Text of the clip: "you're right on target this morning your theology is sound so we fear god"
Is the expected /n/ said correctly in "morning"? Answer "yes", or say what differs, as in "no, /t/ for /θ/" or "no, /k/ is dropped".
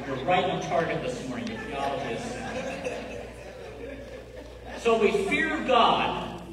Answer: no, /n/ is dropped